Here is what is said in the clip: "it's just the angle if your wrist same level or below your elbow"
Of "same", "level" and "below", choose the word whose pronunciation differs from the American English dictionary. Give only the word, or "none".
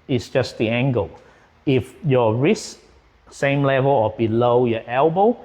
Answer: none